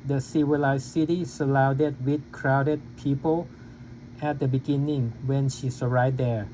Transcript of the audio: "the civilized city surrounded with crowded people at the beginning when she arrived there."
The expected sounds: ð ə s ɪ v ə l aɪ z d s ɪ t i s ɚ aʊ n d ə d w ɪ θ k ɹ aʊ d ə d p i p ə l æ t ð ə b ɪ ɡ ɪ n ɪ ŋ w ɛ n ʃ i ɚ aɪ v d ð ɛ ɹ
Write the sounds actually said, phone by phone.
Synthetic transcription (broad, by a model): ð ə s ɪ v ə l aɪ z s s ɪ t i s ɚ aʊ d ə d w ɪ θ k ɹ aʊ d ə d p i p ə l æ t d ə b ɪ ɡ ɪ n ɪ ŋ w ɛ n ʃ i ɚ aɪ d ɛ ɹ